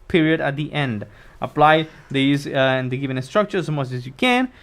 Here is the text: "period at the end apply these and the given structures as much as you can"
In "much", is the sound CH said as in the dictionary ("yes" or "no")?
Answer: no